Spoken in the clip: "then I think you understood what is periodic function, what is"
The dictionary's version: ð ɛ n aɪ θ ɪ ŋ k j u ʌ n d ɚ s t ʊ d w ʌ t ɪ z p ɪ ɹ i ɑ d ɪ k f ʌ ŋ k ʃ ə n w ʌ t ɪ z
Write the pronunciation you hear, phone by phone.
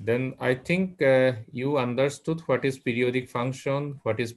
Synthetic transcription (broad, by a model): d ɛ n aɪ t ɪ ŋ k j u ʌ n d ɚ s t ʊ d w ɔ t ɪ z p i ɹ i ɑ d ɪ k f ʌ ŋ k ʃ ə n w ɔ t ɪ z